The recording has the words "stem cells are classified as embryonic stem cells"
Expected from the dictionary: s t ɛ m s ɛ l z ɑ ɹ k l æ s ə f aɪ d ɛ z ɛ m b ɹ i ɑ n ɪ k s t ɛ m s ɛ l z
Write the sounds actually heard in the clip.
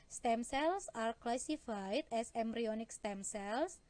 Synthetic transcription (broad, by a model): s t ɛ m s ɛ l s ɑ ɹ k l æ s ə f aɪ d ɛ s ɛ m b ɹ i ɑ n ɪ k s t ɛ m s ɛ l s